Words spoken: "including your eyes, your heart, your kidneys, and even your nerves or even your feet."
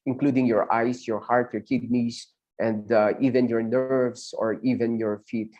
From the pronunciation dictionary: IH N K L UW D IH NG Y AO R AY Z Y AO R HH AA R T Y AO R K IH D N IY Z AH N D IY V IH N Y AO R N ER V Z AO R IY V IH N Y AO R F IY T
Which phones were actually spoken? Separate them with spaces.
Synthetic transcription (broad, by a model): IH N K L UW D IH NG Y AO R AY S Y AO R HH AA R T Y AO R K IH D N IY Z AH N D IY V IH N Y AO R N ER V S AO R IY V IH N Y AO R F IY T